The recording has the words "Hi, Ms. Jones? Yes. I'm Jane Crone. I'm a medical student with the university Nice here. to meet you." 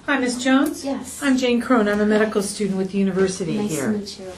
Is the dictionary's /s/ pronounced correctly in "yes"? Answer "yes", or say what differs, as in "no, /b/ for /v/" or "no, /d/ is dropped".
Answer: no, /s/ is dropped